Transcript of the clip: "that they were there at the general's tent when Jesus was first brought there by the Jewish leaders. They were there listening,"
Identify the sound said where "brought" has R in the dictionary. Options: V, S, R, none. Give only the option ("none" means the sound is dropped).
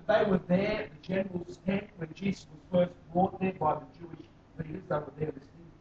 none